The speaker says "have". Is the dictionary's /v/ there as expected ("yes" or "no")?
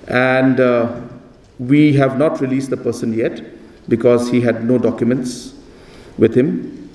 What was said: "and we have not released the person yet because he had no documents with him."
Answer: yes